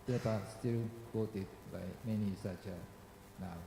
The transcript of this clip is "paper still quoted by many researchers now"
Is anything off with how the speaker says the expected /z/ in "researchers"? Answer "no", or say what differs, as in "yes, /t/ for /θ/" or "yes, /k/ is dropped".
yes, /z/ is dropped